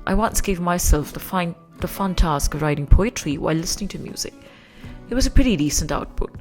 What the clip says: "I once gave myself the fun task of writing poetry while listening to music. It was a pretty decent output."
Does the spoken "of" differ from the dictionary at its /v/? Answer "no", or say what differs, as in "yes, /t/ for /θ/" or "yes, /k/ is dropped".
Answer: no